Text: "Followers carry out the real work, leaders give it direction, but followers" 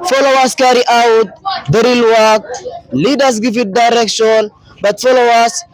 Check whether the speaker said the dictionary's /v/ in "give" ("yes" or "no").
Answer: no